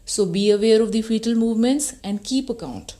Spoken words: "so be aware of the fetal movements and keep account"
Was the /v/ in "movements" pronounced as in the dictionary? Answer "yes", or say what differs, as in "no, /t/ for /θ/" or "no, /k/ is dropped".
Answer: yes